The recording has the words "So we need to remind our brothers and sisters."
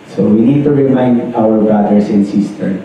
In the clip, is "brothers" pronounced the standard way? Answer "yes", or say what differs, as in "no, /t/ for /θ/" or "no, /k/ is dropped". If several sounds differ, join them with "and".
no, /ɹ/ is dropped and /s/ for /z/